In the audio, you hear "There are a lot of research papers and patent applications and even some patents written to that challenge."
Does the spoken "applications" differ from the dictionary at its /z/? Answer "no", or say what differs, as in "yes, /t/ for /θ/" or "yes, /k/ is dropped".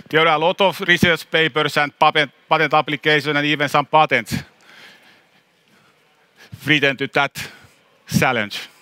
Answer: yes, /z/ is dropped